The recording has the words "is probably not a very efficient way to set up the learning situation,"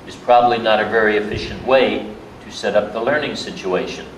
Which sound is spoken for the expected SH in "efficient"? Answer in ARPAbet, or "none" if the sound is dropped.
SH